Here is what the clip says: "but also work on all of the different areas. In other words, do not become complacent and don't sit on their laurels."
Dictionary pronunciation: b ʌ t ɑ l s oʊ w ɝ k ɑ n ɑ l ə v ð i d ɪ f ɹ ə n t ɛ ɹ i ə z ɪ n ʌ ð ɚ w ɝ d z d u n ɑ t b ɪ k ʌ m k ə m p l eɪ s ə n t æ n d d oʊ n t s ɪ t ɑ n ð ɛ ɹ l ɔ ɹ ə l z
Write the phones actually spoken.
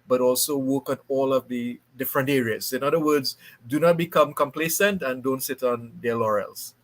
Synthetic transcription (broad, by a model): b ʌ t ɑ l s oʊ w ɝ k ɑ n ɑ l ə v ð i d ɪ f ɹ ə n t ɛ ɹ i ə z ɪ n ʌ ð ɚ w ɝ d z d u n ɑ t b ɪ k ʌ m k ə m p l eɪ s ə n t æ n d d oʊ n t s ɪ t ɑ n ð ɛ l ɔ ɹ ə l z